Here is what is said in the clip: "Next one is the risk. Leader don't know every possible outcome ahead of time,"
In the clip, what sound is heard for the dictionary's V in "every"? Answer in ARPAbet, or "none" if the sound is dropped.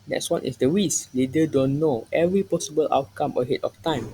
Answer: V